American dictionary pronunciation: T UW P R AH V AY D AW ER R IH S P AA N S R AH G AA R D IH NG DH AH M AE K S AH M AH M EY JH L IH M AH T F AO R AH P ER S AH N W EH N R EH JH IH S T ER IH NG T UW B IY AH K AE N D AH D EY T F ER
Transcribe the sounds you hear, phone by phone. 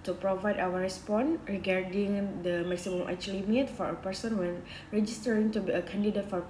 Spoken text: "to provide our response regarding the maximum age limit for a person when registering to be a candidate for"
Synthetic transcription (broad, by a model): T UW P R AH V AY D AW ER R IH S P AA N R AH G AA R D IH NG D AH M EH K S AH M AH M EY CH L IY M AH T F AO R AH P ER S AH N W EH N R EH JH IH S T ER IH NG T UW B IY AH K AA N D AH D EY T F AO